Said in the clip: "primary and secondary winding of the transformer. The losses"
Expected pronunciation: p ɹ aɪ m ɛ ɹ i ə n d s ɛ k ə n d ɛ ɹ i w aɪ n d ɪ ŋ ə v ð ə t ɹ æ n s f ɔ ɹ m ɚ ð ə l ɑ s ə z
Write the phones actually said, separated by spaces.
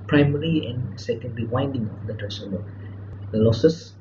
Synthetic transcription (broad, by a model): p ɹ aɪ m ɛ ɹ i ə n s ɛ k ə n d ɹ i w aɪ n d ɪ ŋ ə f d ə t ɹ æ s ɔ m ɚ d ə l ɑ s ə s